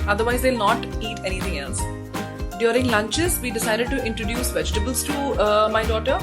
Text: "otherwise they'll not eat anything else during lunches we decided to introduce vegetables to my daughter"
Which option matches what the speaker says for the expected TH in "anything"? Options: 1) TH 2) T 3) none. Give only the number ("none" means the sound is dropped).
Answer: 2